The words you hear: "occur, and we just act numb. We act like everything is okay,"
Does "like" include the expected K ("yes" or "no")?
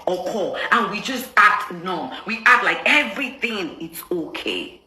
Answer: yes